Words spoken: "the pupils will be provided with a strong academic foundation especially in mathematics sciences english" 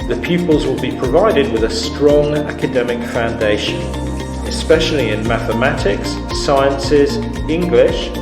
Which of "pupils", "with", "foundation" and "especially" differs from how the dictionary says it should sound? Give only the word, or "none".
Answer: none